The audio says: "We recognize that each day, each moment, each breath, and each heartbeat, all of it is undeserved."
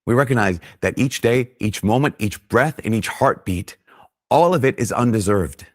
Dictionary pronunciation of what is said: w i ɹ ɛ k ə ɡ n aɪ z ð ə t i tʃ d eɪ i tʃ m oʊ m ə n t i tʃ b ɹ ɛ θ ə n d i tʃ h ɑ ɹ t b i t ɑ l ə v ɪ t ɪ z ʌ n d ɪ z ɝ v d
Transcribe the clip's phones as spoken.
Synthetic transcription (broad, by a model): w i ɹ ɛ k ə ɡ n aɪ z ð ə t i tʃ d eɪ i tʃ m oʊ m ə n t i tʃ b ɹ ɛ θ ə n i tʃ h ɑ ɹ t b i t ɑ l ə v ɪ t ɪ z ʌ n d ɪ z ɝ v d